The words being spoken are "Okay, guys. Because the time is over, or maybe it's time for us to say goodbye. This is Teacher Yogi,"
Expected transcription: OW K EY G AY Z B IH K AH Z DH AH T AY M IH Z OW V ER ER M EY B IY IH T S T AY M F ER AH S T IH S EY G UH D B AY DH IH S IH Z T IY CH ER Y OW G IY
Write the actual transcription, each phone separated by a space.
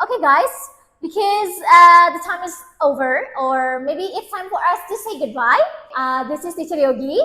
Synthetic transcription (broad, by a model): OW K EY G AY Z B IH K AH Z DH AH T AY M IH Z OW V ER ER M EY B IY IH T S T AY M F ER AH S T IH S EY G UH D B AY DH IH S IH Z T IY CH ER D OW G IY